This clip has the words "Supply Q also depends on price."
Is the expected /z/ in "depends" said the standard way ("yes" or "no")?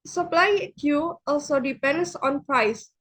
no